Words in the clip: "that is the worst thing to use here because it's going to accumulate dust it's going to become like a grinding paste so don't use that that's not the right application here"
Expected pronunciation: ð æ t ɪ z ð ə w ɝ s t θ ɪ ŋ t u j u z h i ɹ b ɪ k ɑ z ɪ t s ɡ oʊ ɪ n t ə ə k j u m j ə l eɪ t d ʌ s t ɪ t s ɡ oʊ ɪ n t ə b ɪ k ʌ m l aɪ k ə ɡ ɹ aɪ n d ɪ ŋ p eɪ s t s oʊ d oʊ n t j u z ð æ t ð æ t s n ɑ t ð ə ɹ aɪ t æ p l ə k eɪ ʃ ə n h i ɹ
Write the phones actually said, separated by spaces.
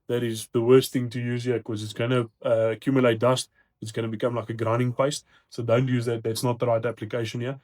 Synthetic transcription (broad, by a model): ð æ t ɪ z ð ə w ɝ s t θ ɪ ŋ t u j u z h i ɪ k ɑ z ɪ t s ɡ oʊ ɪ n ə ə k j u m j ə l eɪ t d ʌ s t ɪ t s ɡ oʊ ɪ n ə b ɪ k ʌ m l aɪ k ə ɡ ɹ aɪ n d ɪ ŋ p eɪ s t s oʊ d oʊ n t j u z ð æ t ð æ t s n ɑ t ð ə ɹ aɪ t æ p l ə k eɪ ʃ ə n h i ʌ